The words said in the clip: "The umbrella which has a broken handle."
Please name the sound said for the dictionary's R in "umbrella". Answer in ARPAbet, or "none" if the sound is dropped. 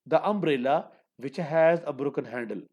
R